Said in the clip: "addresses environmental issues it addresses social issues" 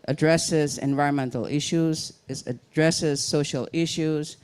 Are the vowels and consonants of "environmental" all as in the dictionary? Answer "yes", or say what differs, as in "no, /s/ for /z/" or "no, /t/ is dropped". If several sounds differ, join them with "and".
yes